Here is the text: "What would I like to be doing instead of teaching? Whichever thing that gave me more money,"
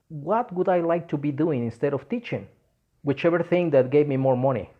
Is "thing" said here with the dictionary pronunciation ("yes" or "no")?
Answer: yes